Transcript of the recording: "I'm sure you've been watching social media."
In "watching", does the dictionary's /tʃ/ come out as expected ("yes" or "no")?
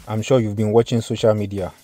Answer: yes